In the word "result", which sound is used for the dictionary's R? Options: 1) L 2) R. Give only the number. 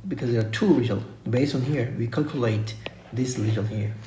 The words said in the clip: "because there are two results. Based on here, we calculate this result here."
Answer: 1